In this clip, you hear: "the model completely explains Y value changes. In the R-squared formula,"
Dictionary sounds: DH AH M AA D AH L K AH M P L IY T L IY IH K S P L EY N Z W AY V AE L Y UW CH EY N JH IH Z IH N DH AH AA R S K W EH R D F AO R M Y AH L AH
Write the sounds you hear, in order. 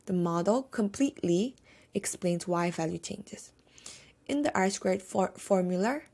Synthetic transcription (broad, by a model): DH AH M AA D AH L K AH M P L IY T L IY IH K S P L EY N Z W AY V AE L Y UW CH EY N JH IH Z IH N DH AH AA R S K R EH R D F AO R M Y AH L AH